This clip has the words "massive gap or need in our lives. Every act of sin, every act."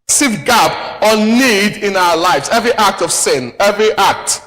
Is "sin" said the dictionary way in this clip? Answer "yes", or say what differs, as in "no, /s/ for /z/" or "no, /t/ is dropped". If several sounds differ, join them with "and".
yes